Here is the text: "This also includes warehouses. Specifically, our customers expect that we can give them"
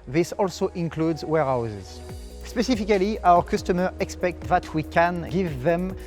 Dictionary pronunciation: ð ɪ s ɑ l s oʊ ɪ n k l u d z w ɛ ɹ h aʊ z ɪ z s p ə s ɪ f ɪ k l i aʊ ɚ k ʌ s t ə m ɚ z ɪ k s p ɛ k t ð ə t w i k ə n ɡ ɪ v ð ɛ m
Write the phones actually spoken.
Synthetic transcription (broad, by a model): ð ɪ s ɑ l s oʊ ɪ n k l u d z w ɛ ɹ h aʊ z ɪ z s p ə s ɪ f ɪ k l i aʊ ɚ k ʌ s t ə m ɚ ɪ k s p ɛ k t ð ə t w i k ə n ɡ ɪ v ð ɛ m